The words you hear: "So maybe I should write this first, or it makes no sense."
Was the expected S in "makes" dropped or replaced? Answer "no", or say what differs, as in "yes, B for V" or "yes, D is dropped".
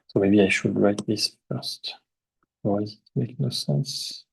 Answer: yes, S is dropped